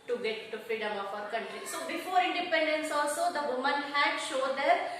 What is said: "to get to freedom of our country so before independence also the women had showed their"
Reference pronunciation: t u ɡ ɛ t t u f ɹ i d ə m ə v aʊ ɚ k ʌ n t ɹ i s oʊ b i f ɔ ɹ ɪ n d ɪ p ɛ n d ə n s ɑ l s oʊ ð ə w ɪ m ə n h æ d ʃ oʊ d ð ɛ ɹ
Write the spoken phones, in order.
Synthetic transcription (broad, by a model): t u ɡ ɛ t t u f ɹ i d ə m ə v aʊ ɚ k ʌ n t ɹ i s oʊ b i f ɔ ɹ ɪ n d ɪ p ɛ n d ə n s ɑ l s oʊ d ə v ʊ m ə n h æ d ʃ oʊ d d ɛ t